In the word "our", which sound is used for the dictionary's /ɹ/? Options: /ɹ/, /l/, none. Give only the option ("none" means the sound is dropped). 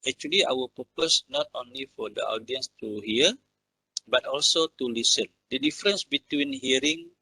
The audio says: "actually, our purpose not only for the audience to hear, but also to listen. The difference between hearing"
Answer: /l/